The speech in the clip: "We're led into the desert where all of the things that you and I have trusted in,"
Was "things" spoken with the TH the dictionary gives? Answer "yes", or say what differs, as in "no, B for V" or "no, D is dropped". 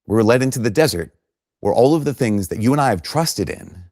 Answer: yes